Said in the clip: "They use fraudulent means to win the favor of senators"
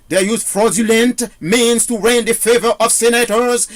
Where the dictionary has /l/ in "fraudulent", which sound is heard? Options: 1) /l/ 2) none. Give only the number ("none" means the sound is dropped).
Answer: 1